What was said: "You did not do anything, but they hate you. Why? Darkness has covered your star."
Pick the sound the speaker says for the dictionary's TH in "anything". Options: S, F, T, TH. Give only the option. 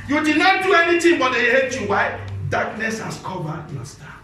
T